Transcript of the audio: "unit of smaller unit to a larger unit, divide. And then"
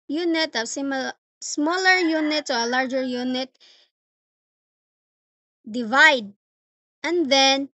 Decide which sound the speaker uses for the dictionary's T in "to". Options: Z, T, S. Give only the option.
S